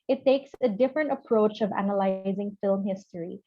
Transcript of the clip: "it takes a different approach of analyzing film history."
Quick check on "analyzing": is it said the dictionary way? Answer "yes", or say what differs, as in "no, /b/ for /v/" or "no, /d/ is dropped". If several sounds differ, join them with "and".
yes